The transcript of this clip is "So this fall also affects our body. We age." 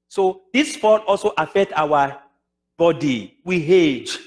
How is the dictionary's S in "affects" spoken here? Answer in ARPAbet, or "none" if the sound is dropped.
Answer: none